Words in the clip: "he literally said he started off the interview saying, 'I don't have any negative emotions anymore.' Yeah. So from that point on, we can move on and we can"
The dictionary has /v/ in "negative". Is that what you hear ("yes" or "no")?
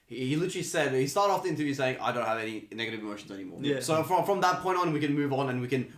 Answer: yes